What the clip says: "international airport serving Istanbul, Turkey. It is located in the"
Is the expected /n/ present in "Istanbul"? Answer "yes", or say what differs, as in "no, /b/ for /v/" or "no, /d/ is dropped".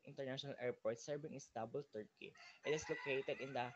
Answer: no, /n/ is dropped